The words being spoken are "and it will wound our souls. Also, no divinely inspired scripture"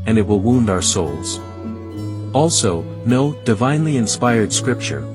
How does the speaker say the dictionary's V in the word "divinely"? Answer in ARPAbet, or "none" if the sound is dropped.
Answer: V